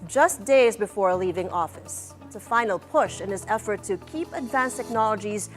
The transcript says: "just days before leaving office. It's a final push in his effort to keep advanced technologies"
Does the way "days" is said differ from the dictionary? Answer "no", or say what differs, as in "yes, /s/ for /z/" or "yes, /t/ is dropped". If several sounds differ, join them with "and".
no